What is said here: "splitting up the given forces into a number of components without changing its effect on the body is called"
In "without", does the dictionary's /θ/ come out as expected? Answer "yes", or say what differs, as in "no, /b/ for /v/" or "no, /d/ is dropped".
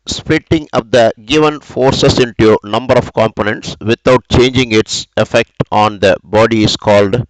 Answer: no, /t/ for /θ/